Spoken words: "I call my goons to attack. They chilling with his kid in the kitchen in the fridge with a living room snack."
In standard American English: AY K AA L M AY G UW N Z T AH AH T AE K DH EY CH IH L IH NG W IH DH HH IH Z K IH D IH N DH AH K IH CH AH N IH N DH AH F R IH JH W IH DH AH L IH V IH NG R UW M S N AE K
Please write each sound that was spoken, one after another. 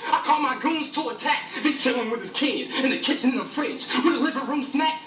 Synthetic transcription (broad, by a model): AY K AA L M AY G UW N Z T AH AH T AE K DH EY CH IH W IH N W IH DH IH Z K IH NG IH N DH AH K IH CH AH N IH N DH AH F R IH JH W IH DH AH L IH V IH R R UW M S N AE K